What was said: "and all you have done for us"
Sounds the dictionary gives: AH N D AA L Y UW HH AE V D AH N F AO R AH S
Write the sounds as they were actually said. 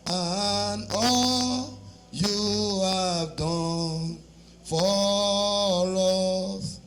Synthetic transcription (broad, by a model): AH N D AA L Y UW HH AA V D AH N F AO L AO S